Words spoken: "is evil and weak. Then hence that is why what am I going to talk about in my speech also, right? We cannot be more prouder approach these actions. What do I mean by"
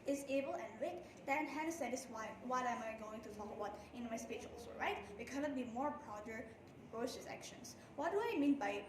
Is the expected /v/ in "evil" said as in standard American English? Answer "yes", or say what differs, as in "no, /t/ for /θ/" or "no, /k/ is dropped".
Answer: no, /b/ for /v/